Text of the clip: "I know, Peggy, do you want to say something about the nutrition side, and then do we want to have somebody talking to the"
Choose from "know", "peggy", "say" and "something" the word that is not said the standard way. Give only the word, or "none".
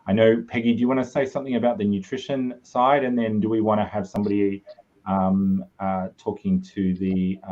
none